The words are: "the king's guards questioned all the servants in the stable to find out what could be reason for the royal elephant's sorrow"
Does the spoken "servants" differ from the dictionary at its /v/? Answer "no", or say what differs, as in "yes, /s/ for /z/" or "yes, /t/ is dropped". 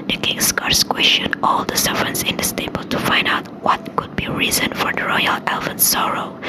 yes, /v/ is dropped